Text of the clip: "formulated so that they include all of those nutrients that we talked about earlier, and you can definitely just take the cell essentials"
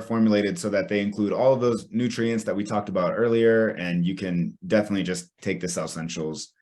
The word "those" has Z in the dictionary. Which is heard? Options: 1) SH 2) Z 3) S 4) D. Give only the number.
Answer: 2